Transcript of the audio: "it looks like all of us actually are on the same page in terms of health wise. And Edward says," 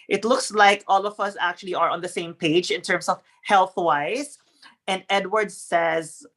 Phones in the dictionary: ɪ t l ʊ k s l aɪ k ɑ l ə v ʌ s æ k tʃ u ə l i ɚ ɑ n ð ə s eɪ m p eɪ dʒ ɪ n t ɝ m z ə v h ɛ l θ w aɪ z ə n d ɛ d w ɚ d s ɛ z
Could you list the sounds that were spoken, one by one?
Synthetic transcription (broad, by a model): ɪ t l ʊ k s l aɪ k ɑ l ə v ʌ s æ k tʃ u ə l i ɚ ɑ n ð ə s eɪ m p eɪ dʒ ɪ n t ɝ m s ə v h ɛ l θ w aɪ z ə n d ɛ d w ɚ d s ɛ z